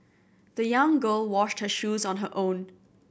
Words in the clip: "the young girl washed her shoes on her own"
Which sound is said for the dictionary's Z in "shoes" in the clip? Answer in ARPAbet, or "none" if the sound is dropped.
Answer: Z